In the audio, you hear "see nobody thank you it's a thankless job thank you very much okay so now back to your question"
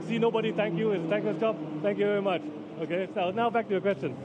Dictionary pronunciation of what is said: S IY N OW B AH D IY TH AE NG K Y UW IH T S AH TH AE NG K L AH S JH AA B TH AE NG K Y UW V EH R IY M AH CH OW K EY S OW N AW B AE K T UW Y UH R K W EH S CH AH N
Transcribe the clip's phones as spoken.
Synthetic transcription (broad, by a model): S IY N OW B AH D IY T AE NG K Y UW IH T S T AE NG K AH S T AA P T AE NG K Y UW V EH R IY M AH CH OW K EY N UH N AW B AE K T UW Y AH K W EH S CH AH N